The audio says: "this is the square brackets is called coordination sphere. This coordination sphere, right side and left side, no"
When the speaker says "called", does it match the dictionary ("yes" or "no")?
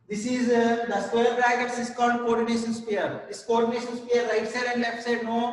no